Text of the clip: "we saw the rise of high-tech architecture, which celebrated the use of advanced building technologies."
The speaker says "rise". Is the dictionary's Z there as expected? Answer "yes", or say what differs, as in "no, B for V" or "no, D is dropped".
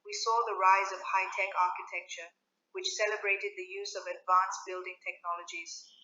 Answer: yes